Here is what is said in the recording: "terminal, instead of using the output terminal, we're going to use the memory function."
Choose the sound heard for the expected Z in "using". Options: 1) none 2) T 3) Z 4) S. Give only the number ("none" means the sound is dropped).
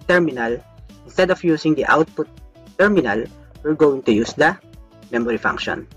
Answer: 4